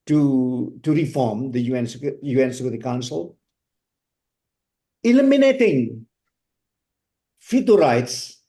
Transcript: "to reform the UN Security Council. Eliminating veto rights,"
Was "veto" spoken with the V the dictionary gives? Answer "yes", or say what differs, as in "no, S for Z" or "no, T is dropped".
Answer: no, F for V